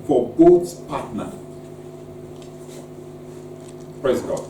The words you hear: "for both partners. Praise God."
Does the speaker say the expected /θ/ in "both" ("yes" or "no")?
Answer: no